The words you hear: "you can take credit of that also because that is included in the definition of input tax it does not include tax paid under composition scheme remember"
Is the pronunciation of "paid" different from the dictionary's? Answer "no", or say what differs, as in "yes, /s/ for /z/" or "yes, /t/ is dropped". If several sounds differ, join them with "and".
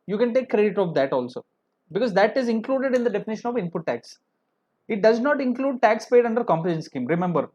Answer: no